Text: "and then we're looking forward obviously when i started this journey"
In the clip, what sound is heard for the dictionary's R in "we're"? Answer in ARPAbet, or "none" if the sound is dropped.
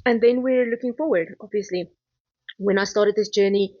R